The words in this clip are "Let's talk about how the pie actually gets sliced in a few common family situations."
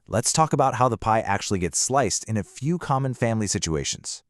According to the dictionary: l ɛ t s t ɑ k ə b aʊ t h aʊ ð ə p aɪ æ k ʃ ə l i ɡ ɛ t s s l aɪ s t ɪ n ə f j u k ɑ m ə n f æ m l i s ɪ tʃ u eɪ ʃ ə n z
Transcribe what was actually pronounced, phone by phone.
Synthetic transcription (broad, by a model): l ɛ t s t ɑ k ə b aʊ t h aʊ ð ə p aɪ æ k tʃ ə l i ɡ ɛ t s s l aɪ s t ɪ n ə f j u k ɑ m ə n f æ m l i s ɪ tʃ u eɪ ʃ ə n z